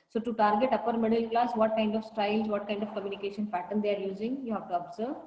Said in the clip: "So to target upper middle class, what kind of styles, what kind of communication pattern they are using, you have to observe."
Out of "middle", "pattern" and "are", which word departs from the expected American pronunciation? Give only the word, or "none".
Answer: pattern